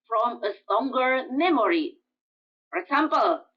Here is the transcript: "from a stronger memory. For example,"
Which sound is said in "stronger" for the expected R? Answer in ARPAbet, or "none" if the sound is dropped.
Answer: none